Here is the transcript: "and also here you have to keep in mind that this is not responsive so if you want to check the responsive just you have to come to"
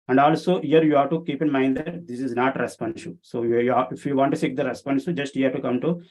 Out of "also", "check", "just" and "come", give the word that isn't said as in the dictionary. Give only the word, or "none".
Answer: check